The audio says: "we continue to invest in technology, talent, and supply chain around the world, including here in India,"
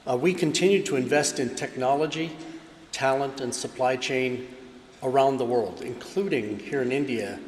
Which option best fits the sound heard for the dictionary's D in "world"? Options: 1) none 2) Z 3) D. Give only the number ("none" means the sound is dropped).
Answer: 3